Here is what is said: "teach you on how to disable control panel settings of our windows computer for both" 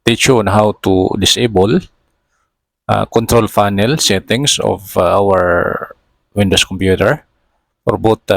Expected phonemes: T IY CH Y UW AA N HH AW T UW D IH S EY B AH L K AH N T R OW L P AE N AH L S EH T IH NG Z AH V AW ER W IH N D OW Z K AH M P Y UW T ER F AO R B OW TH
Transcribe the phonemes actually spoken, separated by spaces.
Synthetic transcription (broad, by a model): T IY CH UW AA N HH AW T UW D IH S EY B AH L K AH N T R OW L F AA N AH L S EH T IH NG S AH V AW ER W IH N D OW S K AH M P Y UW T ER F AO R B OW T